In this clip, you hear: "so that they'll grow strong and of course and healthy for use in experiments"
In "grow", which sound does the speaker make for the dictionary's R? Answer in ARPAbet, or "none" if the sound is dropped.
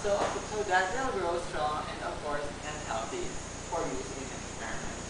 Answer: R